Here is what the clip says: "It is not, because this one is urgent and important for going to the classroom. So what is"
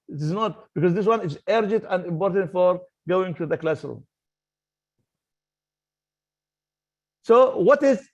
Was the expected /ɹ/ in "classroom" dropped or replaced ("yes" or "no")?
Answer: yes